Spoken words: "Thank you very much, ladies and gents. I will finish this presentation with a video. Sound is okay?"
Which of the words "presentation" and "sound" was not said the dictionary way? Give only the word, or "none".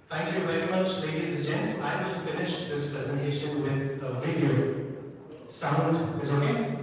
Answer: none